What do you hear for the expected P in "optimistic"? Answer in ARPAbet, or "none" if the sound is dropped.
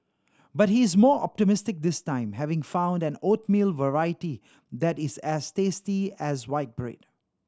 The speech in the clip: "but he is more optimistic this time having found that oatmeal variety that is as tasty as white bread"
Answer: P